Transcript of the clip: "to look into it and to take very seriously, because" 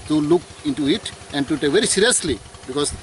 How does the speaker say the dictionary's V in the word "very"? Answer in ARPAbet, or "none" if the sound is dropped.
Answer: V